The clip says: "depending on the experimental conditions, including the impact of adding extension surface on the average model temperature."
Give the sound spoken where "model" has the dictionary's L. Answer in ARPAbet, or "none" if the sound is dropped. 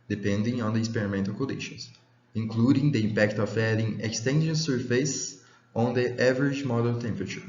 N